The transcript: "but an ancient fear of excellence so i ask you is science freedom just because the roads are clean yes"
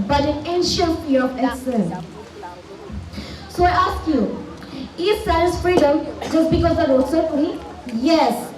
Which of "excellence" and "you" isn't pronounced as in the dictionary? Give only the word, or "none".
excellence